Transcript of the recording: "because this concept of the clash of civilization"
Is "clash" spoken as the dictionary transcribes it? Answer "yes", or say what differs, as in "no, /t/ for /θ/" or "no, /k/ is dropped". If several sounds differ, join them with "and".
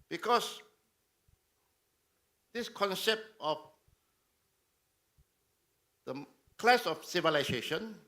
no, /s/ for /ʃ/